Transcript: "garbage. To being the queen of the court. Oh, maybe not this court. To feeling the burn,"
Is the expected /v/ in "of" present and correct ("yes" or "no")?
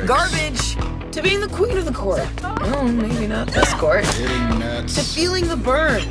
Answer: yes